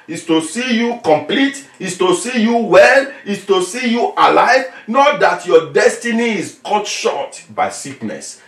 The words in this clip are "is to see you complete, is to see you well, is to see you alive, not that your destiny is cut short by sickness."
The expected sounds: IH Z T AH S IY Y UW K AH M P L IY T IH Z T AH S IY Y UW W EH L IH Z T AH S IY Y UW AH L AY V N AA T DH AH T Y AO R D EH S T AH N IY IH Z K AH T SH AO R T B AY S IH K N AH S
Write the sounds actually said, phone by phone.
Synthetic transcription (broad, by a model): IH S T AH S IY Y UW K AH M P L IY T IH S T AH S IY Y UW W EH L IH S T AH S IY Y UW AH L AY V N AA T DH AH T Y AO D EH S T AH N IY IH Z K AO T SH AO T B AY S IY K N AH S